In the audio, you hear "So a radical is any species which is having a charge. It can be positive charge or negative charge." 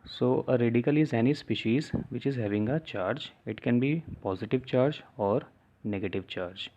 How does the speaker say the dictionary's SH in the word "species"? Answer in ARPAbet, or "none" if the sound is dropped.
SH